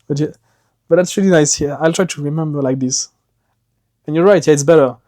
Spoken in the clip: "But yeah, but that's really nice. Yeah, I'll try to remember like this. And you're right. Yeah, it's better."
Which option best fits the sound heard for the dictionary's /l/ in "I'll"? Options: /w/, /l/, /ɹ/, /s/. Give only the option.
/l/